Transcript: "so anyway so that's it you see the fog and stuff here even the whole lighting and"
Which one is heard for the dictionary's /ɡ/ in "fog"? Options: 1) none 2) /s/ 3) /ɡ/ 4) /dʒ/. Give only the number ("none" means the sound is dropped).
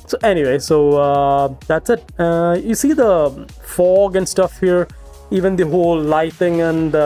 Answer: 3